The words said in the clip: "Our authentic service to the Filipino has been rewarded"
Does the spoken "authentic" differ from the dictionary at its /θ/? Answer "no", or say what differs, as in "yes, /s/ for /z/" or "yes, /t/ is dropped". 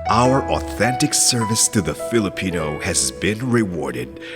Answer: no